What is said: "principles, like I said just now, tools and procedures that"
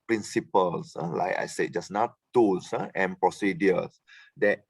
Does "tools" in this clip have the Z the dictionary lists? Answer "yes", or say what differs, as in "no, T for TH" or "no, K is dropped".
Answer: no, S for Z